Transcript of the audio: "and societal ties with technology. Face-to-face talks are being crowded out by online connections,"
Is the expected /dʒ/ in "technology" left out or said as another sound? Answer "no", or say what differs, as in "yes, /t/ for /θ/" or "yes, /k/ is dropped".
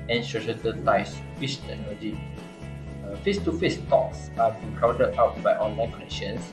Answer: yes, /dʒ/ is dropped